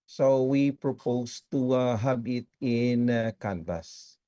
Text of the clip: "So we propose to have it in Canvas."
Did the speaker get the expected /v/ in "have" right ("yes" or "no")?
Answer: no